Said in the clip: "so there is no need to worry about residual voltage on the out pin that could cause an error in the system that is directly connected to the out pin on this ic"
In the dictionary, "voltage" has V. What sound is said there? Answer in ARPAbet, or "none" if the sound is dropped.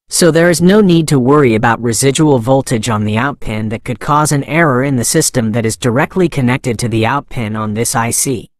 V